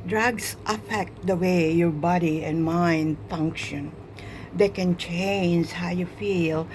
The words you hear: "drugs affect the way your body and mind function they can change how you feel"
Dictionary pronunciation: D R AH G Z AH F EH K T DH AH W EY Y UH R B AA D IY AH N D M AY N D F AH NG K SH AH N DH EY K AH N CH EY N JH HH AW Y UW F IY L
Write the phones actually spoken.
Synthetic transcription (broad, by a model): D R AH G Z AH F EH K T DH AH W EY Y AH R B AA D IY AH N M AY N D F AH NG K SH AH N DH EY K AH N CH EY N JH HH AW Y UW F IY L